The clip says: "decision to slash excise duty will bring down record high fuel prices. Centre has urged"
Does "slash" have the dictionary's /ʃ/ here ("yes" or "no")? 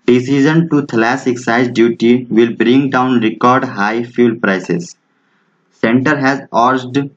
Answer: no